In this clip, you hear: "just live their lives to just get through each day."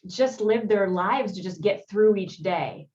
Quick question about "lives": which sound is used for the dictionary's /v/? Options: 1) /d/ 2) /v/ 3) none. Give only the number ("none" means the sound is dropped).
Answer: 2